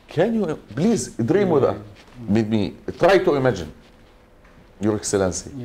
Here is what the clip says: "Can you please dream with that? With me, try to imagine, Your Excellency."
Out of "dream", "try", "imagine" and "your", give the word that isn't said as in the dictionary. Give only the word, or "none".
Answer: none